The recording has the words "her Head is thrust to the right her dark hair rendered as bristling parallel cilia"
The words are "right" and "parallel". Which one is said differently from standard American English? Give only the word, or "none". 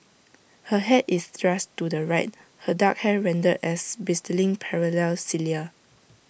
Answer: none